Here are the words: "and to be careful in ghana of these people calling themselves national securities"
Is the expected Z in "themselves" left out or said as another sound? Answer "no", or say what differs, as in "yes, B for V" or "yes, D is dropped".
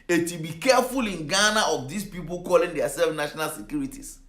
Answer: yes, Z is dropped